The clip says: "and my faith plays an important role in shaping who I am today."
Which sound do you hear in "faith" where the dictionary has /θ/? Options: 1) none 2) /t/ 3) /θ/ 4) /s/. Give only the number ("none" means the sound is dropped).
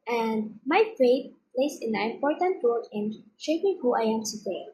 2